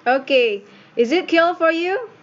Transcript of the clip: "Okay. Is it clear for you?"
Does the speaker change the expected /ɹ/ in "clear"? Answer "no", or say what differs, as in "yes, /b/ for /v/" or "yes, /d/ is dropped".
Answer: yes, /l/ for /ɹ/